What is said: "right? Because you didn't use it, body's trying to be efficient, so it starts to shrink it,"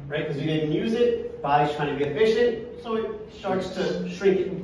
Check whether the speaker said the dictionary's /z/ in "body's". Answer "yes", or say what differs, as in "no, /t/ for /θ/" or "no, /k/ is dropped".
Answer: no, /z/ is dropped